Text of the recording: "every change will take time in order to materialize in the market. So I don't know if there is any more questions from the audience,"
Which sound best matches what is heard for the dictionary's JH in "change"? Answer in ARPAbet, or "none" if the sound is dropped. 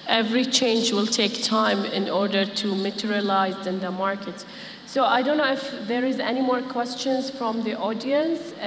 JH